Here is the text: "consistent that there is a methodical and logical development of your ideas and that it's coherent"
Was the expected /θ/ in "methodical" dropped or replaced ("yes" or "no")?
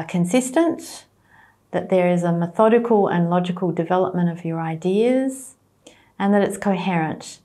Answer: no